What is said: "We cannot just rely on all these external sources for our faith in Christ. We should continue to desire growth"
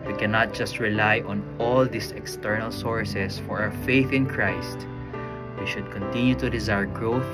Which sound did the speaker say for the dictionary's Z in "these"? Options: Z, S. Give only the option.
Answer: S